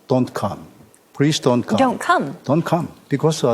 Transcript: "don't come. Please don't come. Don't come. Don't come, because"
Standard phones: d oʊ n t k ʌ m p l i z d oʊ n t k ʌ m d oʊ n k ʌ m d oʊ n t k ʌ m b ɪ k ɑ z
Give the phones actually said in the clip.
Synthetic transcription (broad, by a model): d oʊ n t k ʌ m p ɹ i s d oʊ n t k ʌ d oʊ n k ʌ m d oʊ n t k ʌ m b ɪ k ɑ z